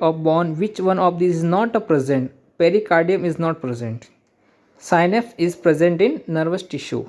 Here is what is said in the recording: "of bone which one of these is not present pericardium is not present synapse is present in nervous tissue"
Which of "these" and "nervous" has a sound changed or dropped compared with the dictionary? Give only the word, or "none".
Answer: these